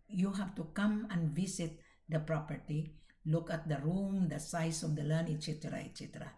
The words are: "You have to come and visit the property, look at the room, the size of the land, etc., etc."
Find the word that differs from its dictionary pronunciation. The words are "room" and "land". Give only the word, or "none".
land